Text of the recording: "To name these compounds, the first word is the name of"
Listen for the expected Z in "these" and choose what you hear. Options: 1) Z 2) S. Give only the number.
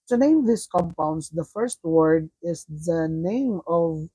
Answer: 2